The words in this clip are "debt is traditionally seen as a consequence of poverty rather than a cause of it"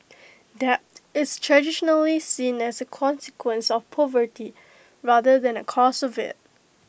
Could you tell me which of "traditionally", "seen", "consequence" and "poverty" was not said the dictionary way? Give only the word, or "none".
none